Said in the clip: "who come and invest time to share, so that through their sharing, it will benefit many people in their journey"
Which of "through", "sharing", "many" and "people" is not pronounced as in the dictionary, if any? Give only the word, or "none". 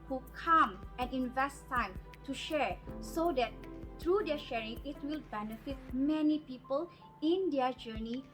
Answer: through